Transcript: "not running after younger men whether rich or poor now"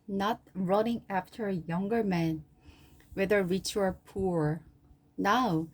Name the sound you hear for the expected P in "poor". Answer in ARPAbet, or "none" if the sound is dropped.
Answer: P